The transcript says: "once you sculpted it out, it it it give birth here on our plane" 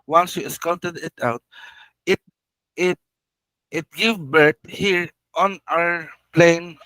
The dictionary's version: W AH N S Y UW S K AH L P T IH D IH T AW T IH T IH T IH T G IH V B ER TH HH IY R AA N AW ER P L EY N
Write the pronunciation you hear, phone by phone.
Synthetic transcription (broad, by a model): W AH N S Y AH S K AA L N T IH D IH T AW T IH T IH T IH T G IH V B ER T HH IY R AA N AW ER P L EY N